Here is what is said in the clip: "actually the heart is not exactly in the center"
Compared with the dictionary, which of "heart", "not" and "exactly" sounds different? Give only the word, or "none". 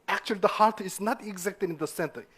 exactly